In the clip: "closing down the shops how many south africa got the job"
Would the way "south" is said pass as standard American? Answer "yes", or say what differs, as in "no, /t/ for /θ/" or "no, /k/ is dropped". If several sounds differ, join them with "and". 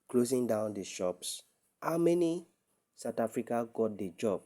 no, /t/ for /θ/